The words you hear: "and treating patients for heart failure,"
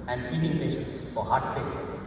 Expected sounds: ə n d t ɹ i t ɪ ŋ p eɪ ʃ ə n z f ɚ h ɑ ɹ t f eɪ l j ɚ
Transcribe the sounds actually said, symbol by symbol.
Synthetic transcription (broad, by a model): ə n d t i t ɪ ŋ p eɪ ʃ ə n s f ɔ h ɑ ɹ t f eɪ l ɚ